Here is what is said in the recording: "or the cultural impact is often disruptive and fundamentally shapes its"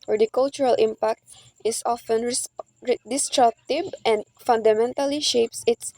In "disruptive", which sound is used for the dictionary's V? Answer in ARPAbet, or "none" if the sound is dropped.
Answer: B